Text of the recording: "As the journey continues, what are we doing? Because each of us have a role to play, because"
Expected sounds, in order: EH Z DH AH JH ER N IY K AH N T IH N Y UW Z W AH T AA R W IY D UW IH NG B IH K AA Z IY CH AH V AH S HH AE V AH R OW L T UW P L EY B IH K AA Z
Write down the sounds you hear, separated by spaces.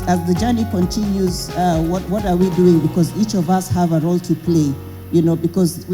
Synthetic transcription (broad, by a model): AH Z DH AH JH ER N IY K AH N T IH N Y UW Z W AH T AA R W IY D UW IH NG B IH K AA Z IY CH AH V AH S HH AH V AH R OW L T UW P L EY B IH K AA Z